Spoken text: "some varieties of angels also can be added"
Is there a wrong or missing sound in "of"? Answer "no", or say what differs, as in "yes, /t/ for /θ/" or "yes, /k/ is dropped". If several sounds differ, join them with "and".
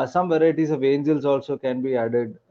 no